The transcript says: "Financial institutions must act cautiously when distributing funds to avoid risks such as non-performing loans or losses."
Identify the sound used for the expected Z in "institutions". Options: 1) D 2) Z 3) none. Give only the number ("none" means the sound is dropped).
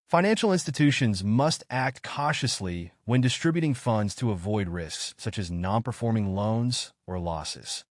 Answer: 2